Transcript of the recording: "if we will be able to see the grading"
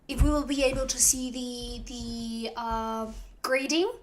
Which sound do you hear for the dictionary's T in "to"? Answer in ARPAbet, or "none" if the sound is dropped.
T